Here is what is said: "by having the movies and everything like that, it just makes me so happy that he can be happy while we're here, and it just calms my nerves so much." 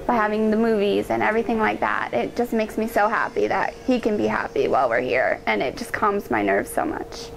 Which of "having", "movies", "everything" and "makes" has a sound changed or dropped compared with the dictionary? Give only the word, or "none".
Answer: none